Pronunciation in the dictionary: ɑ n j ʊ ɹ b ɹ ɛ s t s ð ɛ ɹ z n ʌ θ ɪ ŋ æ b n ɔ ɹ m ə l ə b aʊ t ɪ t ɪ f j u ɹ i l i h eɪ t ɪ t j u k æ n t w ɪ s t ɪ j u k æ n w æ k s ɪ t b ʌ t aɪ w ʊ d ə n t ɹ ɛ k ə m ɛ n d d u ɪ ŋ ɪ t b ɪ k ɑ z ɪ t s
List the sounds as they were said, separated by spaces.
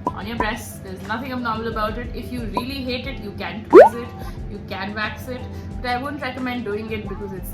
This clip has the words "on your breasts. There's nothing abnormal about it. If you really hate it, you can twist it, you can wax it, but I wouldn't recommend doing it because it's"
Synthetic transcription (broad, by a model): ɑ n j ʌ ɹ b ɹ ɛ s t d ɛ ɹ z n ʌ t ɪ ŋ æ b n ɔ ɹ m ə l ə b aʊ t ɪ t ɪ f j u ɹ i l i h eɪ t ɪ t j u k æ n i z ɪ t j u k æ n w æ k s ɪ t b ʌ t aɪ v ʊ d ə n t ɹ ɛ k ə m ɛ n d d u ɪ ŋ ɪ t b ɪ k ɑ z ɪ t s